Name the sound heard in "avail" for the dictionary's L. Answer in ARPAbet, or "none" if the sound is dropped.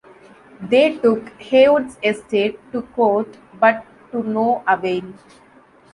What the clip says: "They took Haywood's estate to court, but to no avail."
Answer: N